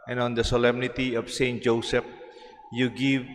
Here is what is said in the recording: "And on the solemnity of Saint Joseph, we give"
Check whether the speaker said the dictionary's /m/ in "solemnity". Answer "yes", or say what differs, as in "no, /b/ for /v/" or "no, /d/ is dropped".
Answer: yes